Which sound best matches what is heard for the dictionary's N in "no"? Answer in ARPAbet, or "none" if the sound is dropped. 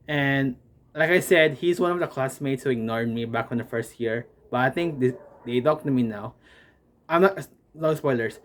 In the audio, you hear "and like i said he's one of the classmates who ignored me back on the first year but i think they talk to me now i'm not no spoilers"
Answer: L